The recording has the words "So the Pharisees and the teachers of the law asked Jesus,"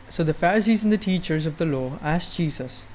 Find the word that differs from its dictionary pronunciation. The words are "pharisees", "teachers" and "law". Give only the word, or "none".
none